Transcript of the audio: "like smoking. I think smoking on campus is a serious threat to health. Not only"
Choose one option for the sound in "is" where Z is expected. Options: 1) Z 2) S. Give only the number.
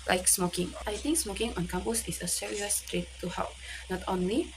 2